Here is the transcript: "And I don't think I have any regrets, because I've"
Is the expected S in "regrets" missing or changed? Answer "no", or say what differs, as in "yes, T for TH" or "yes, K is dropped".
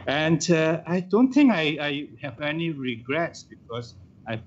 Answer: no